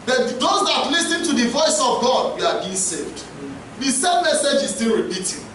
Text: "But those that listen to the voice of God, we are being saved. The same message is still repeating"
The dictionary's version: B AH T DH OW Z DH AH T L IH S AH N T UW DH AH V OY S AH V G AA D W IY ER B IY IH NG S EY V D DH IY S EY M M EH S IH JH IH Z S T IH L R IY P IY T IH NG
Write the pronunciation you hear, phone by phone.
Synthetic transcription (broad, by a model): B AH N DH OW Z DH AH T L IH S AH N T UW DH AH V OY S AH V G AA D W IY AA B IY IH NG S EY V D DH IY S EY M M EH S IH JH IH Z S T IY L R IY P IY T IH